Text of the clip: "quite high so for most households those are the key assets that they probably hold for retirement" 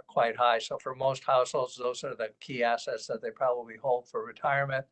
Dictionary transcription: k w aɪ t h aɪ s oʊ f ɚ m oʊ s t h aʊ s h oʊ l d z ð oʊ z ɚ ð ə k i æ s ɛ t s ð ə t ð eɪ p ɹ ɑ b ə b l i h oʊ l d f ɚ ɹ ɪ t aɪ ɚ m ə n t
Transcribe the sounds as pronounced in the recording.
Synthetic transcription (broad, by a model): k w aɪ t h aɪ s oʊ f ɚ m oʊ s t h aʊ s h oʊ l z ð oʊ z ɚ ð ə k i æ s ɛ t s ð ə t ð eɪ p ɹ ɑ b ə b l i h oʊ l d f ɚ ɹ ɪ t aɪ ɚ m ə n t